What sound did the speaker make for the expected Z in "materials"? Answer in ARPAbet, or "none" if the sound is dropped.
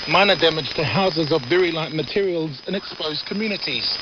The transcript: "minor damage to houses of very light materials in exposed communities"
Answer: Z